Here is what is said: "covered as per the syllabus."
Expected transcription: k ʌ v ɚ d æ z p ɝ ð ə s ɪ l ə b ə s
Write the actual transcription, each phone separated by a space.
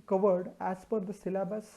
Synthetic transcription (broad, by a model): k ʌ v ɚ d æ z f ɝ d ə s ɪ l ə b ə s